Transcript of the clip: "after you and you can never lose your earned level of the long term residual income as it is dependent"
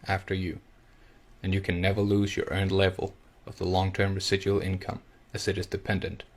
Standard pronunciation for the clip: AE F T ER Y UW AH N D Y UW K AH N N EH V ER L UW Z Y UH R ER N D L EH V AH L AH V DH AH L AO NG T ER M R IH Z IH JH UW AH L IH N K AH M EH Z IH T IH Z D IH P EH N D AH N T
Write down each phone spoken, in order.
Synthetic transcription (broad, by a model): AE F T ER Y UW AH N Y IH K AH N N EH V ER L UW Z Y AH R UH N L EH V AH L AH V DH AH L AO NG T ER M R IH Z IH JH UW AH L IH N K AH M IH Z IH T IH Z D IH P EH N D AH N T